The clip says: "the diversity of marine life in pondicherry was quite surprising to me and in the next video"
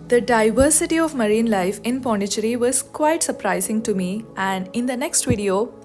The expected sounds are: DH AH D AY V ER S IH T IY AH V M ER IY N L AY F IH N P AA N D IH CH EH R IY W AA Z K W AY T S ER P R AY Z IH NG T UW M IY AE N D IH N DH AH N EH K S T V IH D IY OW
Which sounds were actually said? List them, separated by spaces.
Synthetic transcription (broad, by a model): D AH D AY V ER S IH T IY AH V M ER IY N L AY F IH N P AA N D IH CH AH R IY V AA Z K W AY T S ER P R AY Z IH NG T UW M IY AE N D IH N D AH N EH K S T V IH D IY OW